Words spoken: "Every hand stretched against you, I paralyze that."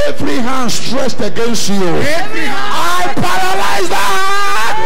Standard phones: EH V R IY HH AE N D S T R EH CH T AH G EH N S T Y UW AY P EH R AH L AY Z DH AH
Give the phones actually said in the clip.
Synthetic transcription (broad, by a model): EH V R IY HH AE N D S T R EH S T AH G EH N S T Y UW AY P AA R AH L AY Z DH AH